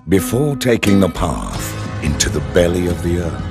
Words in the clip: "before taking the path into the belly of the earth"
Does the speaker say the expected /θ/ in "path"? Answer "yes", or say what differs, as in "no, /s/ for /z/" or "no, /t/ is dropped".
yes